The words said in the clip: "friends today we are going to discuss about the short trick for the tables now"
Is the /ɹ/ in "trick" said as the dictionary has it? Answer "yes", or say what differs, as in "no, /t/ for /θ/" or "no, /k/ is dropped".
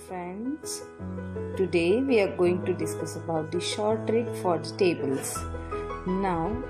yes